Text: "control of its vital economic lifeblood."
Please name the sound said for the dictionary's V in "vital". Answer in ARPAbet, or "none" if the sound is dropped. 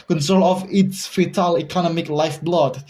F